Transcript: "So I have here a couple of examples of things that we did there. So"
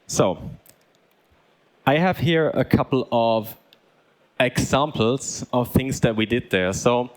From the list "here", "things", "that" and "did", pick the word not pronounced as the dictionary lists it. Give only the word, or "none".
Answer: none